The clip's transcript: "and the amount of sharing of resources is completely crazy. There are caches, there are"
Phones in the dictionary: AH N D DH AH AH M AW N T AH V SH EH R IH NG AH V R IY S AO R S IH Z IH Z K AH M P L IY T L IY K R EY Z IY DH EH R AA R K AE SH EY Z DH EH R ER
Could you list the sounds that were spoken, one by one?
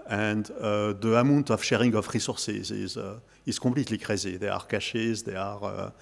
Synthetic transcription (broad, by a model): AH N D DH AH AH M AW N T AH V SH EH R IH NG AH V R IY S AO R S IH Z IH Z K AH P L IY T L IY K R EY Z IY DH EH AA R K AE SH EY Z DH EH R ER